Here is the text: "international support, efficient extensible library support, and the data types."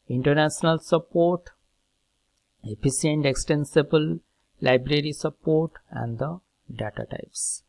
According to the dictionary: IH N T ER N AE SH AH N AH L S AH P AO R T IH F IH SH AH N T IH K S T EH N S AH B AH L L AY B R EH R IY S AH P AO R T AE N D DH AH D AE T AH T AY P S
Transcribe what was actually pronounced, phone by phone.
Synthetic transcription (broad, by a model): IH N T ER N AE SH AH N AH L S AH P AO R T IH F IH S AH N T IH K S T EH N S AH B AH L L AY B R EH R IY S AH P AO R T AE N D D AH D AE T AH T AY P S